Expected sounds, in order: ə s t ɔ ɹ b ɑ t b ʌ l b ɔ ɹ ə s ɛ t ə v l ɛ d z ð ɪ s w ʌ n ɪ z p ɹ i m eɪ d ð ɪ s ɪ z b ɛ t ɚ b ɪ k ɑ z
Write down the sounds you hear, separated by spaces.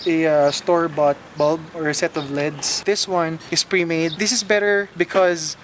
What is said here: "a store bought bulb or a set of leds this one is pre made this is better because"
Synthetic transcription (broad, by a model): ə s t ɔ ɹ b ɑ t b ʌ l b ɔ ɹ ə s ɛ t ə v l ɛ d s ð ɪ s w ʌ n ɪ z p ɹ i m eɪ d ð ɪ s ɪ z b ɛ t ɚ b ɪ k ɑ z